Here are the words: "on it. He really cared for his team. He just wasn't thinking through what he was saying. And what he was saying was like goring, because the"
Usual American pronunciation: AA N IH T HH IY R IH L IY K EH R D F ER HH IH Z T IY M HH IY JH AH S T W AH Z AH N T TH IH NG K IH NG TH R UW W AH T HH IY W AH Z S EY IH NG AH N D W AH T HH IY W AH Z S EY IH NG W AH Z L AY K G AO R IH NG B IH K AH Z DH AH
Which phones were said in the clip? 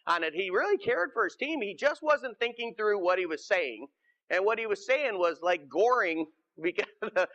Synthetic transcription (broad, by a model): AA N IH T HH IY R IH L IY K EH R D F ER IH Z T IY M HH IY JH AH S T W AH Z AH N TH IH NG K IH NG TH R UW W AH T HH IY W AH Z S EY IH NG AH N W AH T HH IY W AH Z S EY IH NG W AH Z L AY K G AO R IH NG B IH K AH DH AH